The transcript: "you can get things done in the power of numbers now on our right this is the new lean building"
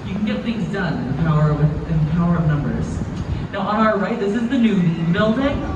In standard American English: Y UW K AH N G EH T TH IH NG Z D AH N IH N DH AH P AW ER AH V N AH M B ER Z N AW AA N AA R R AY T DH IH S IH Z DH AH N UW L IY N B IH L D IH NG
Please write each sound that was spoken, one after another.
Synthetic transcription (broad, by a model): Y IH K N G EH T TH IH NG Z D AH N IH N DH AH P AW ER AH V N AH M B ER Z N AW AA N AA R R AY T DH IH S IH Z DH AH N UW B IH L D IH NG